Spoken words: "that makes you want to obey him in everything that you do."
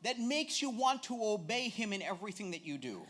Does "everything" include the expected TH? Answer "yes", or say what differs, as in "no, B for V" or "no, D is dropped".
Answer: yes